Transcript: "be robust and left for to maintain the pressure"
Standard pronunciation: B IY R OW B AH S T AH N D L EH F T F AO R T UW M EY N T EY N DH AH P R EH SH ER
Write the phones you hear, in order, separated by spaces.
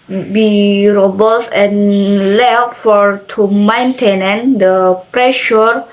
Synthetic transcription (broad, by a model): B IY R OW B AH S AH N L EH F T F AO R T UW M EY N T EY N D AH P R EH SH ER